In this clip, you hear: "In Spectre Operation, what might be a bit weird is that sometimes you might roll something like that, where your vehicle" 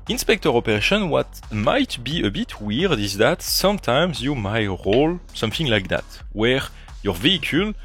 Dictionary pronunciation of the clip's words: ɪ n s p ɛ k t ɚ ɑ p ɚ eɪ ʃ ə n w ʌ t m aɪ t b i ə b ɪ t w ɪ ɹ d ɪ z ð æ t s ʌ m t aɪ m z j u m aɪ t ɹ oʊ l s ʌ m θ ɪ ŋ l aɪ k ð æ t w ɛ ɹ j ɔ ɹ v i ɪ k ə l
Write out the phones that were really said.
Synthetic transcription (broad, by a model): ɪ n s p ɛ k t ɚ ɑ p ɚ eɪ ʃ ə n w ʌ t m aɪ t b i ə b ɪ t w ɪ ɹ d ɪ z ð æ t s ʌ m t aɪ m z j u m aɪ t ɹ oʊ l s ʌ m θ ɪ ŋ l aɪ k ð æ t w ɛ ɹ j ɔ ɹ v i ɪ k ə l